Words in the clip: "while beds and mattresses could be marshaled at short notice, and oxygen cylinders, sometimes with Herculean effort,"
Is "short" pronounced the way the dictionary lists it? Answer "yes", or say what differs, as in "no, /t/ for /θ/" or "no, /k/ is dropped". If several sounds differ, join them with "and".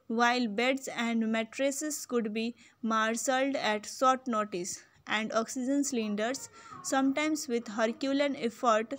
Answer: no, /s/ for /ʃ/